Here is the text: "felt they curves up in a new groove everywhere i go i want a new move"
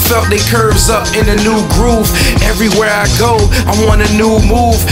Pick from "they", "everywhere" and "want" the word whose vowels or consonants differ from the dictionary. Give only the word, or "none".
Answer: want